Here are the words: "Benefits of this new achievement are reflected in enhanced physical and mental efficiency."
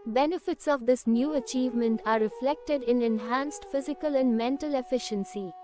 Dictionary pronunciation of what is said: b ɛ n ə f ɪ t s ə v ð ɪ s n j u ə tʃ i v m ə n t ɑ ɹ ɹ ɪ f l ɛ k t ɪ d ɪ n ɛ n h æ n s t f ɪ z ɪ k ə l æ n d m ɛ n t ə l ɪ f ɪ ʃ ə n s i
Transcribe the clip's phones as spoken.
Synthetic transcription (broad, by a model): b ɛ n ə f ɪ t s ə v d ɪ s n j u ə tʃ i v m ə n t ɑ ɹ ɹ ɪ f l ɛ k t ɪ d ɪ n ɛ n h æ n s t f ɪ z ɪ k ə l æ n d m ɛ n t ə l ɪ f ɪ ʃ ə n s i